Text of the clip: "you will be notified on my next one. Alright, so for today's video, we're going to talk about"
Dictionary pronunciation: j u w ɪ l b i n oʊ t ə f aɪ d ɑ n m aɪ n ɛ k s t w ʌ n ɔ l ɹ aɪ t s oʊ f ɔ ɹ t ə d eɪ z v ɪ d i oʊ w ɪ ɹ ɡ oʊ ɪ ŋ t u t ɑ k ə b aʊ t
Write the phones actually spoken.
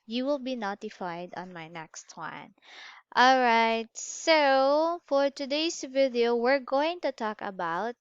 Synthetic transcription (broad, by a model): j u w ɪ l b i n oʊ t ə f aɪ d ɑ n m aɪ n ɛ k s t w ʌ n ɔ l ɹ aɪ t s oʊ f ɔ ɹ t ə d eɪ s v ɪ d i oʊ w ɪ ɹ ɡ oʊ ɪ ŋ t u t ɑ k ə b aʊ t